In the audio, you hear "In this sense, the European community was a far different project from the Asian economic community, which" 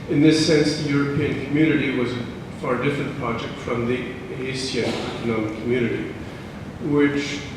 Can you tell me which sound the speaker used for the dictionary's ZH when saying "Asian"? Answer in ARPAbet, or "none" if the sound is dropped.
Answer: S